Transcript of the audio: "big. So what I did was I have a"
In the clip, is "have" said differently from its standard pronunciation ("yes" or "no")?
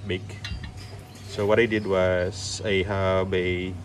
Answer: yes